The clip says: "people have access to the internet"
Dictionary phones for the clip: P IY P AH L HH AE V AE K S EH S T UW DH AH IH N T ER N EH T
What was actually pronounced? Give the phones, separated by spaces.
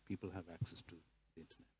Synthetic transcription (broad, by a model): P IY P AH L HH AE V AE K S EH S T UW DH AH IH N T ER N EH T